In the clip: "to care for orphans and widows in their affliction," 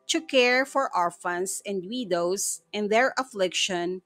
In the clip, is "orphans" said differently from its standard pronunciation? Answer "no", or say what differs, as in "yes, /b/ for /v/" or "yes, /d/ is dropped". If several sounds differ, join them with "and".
yes, /s/ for /z/